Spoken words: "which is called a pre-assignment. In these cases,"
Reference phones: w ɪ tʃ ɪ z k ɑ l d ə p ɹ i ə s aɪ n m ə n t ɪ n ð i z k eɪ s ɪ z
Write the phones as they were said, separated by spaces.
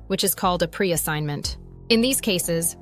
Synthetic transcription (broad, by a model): w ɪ tʃ ɪ z k ɑ l d ə p ɹ i ə s aɪ n m ə n t ɪ n ð i z k eɪ s ɪ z